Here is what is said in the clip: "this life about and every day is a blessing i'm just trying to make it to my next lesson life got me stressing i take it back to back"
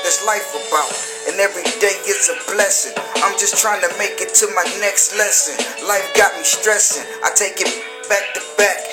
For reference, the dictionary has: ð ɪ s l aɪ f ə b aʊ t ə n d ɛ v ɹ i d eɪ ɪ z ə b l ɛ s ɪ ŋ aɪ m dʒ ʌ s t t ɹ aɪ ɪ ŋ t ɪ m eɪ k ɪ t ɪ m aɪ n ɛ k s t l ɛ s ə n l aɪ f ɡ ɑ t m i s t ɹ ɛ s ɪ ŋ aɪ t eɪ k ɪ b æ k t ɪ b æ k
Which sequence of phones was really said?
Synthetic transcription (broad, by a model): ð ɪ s l aɪ f ə b aʊ t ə n ɛ v ɹ i d eɪ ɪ s ə b l ɛ s ɪ ŋ aɪ m dʒ ʌ s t t ɹ aɪ ɪ ŋ t ɪ m eɪ k ɪ t ɪ m aɪ n ɛ k s t l ɛ s ə n l aɪ f ɡ ɑ t m i s t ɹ ɛ s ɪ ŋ aɪ t eɪ k ɪ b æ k t ɪ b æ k